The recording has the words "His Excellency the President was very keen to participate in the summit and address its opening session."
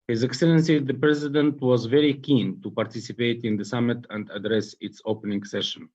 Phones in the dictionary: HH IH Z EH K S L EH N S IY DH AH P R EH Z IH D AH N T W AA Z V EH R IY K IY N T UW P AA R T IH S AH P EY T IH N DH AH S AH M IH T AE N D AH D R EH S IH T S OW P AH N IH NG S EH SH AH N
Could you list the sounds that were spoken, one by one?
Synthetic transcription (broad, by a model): HH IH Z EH K S L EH N S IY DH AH P R EH Z IH D AH N T W AA Z V EH R IY K IY N T UW P AA R T IH S AH P EY T IH N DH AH S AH M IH T AE N D AH D R EH S IH T S OW P AH N IH NG S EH SH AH N